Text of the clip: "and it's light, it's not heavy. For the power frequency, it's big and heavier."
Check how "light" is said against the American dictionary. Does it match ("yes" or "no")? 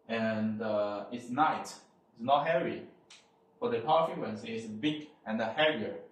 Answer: no